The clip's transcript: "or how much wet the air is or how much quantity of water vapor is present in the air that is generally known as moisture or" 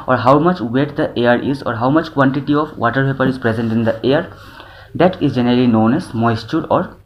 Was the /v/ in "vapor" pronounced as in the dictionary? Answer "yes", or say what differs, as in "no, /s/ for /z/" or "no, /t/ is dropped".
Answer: no, /p/ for /v/